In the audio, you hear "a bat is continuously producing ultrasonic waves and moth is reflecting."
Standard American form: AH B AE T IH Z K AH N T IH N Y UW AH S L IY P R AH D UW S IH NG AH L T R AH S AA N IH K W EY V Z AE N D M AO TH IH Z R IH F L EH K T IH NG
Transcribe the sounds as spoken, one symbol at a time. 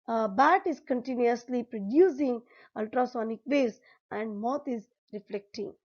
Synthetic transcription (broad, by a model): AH B AE T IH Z K AH N T IH N Y UW AH S L IY P R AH D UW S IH NG AH L T R AH S AA N IH K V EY Z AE N D M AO T IH Z R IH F L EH K T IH NG